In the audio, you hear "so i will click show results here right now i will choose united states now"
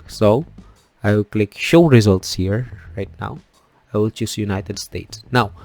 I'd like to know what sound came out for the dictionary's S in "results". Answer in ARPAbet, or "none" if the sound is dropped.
S